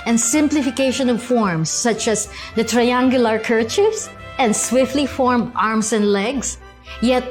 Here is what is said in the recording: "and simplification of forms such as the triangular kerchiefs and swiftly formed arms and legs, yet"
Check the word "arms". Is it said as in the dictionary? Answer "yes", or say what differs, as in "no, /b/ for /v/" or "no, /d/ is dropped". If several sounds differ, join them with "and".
no, /s/ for /z/